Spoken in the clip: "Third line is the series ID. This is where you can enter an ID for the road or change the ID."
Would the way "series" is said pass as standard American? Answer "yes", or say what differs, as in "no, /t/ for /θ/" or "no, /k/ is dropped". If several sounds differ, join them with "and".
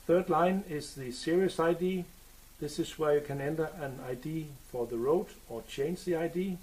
no, /s/ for /z/